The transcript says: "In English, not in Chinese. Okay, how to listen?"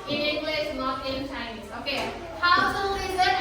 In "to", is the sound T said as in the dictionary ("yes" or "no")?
no